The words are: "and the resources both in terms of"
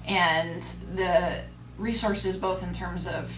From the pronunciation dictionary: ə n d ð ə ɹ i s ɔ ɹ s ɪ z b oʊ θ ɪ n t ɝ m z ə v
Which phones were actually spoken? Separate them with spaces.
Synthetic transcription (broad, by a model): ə n ð ə ɹ i s ɔ ɹ s ɪ z b oʊ θ ɪ n t ɝ m z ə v